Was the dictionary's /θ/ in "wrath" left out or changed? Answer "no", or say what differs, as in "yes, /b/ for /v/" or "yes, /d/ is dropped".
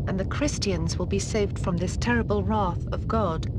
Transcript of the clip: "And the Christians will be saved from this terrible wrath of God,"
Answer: no